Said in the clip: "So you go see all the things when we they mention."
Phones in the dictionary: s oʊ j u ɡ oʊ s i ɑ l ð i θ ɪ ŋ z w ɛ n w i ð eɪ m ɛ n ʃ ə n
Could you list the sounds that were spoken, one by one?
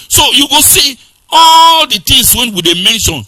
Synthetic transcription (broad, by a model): s oʊ j u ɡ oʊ s i ɑ l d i t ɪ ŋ s w ɛ n w i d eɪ m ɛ n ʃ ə n